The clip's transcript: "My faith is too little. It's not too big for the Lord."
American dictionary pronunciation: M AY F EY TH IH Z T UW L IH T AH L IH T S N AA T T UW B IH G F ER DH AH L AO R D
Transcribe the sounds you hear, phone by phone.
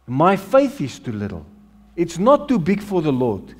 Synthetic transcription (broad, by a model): M AY F EY TH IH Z T UW L IH T AH L IH T S N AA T T UW B IH G F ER DH AH L AO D